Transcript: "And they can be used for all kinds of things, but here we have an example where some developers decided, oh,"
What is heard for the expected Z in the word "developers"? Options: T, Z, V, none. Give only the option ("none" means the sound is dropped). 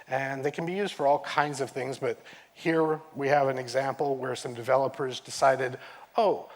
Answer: Z